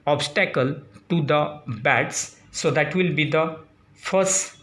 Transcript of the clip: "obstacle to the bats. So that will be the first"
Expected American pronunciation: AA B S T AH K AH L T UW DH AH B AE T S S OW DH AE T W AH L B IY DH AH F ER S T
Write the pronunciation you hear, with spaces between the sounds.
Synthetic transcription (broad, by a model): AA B S T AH K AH L T UW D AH B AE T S S OW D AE T W AH L B IY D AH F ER S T